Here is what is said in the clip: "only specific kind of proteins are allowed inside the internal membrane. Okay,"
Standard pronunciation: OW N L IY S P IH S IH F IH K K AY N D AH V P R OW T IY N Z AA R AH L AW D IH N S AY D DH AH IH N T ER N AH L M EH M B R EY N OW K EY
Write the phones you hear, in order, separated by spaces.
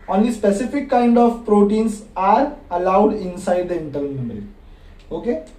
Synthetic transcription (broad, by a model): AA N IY S P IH S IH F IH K K AY N D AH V P R OW T IY N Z AA R AH L AW D IH N S AY D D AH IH N T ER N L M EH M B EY L OW K EY